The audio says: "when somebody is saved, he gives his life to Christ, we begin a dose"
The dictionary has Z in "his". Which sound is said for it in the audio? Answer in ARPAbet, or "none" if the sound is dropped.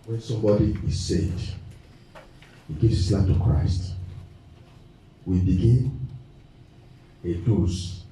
S